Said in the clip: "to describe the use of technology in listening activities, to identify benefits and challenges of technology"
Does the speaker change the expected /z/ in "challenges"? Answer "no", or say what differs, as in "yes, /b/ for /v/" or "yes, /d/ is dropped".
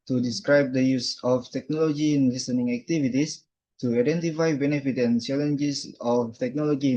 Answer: yes, /s/ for /z/